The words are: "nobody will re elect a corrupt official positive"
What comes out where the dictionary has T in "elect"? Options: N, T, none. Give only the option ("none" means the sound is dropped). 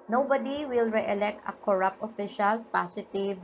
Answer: T